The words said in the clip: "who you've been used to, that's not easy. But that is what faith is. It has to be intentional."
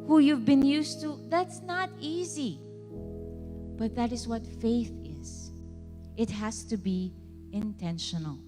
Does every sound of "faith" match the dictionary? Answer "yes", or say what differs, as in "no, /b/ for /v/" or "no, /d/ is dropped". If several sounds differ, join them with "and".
yes